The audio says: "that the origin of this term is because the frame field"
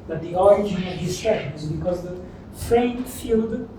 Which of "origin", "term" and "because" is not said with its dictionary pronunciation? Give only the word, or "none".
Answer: term